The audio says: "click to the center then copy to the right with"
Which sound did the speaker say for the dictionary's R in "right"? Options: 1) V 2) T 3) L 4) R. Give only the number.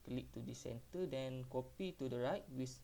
4